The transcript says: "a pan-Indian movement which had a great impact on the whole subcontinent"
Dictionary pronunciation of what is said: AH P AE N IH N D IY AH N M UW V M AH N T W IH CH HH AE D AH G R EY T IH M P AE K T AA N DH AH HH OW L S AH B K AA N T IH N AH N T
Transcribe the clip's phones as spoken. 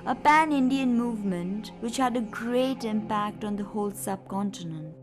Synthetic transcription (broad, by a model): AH P AE N IH N D IY AH N M UW V M AH N T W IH CH HH AE D AH G R EY T IH M P AE K T AA N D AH HH OW L S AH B K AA N T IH N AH N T